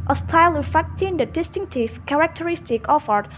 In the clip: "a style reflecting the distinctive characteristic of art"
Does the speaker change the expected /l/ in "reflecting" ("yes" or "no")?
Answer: yes